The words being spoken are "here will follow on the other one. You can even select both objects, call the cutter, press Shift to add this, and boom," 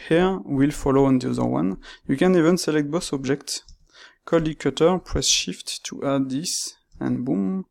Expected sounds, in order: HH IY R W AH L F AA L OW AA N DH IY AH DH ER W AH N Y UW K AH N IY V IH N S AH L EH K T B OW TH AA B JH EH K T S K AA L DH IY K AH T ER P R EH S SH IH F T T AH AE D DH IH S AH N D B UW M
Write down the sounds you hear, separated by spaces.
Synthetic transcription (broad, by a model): HH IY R W AH L F AA L OW AA N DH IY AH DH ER W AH N Y UW K AH N IY V IH N S AH L EH K T B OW S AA B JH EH K T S K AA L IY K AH T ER P R EH S SH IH F T T AH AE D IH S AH N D B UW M